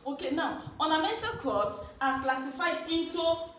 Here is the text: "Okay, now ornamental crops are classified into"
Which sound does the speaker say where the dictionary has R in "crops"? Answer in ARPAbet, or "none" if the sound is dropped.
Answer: none